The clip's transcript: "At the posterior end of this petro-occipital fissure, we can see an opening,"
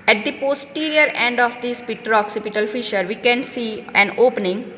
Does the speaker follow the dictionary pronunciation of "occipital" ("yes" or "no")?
yes